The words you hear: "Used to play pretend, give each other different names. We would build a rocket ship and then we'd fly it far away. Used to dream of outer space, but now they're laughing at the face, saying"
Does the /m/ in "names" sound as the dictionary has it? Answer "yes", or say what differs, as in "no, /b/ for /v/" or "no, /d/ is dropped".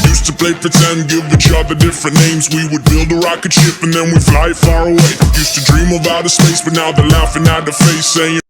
yes